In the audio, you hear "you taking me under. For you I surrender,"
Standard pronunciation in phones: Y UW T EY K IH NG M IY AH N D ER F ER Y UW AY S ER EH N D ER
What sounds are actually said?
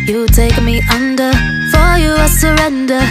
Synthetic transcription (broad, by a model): Y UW T EY IH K M IY AH N D ER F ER Y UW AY S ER EH N D ER